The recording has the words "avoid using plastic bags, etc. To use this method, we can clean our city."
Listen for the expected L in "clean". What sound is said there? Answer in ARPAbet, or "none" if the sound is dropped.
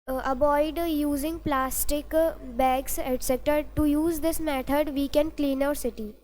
L